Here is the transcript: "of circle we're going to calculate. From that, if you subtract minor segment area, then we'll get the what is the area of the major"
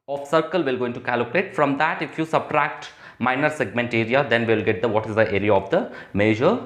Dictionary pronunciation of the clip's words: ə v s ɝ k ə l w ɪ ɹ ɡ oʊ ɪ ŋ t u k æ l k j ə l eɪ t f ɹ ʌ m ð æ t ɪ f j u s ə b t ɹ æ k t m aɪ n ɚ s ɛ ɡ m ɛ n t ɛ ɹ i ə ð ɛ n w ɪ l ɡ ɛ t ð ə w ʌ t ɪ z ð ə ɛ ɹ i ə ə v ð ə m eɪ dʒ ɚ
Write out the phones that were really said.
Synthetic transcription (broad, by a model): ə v s ɝ k ə l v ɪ l ɡ oʊ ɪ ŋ t u k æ l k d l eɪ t f ɹ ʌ m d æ t ɪ f j u s ə b t ɹ æ k t m aɪ n ɚ s ɛ ɡ m ɛ n t ɛ ɹ i ə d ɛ n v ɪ l ɡ ɛ t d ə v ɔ t ɪ z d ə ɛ ɹ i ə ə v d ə m eɪ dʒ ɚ